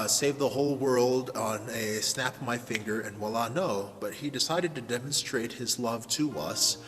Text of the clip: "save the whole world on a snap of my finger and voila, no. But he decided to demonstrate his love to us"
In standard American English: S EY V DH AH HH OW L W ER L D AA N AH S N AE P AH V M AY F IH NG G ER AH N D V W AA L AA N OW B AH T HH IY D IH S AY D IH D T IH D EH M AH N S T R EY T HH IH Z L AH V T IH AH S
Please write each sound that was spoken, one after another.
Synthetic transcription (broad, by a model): S EY V DH AH HH OW L W ER L D N AH S N AE P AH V M AY F IH NG G ER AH N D W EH L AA N OW B AH T HH IY D IH S AY D IH D T IH D EH M AH N S T R EY T HH IH Z L AH V T IH AH S